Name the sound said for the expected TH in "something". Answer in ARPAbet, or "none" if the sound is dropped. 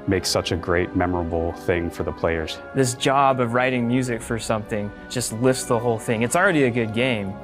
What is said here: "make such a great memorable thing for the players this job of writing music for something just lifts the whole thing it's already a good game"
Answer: TH